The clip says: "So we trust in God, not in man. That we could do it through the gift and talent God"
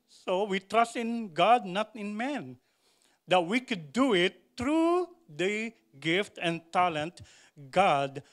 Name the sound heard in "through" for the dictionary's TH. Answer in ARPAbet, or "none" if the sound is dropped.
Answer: T